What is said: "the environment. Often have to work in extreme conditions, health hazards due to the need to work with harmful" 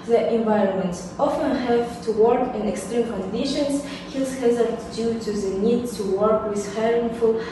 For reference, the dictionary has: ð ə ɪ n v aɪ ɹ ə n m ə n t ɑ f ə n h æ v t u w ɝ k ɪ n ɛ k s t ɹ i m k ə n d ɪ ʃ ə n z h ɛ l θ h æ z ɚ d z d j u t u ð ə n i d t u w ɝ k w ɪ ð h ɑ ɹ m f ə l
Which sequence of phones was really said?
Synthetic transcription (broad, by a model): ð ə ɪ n v aɪ ɹ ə n m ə n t ɑ f ə n h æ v t u w ɝ k ɪ n ɛ k s t ɹ i m k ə n d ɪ ʃ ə n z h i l s h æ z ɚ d d j u t u ð ə n i d t u w ɝ k w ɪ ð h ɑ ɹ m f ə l